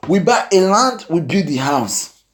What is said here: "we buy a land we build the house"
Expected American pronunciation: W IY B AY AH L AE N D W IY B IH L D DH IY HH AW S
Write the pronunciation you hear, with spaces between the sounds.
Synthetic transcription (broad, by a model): W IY B AY AH L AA N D W IY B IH D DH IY HH AW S